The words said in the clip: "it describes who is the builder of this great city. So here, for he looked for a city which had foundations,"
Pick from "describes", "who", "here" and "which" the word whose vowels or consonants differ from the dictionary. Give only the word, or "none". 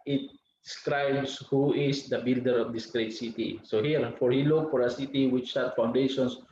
describes